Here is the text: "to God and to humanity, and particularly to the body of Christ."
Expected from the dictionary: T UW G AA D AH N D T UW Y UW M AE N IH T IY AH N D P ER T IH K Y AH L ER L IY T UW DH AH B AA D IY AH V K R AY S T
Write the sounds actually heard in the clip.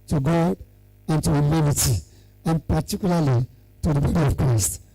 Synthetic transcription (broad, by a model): T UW G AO AH N T UW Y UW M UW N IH T IY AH N P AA T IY K Y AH L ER L IY T UW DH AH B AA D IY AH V K R AY S T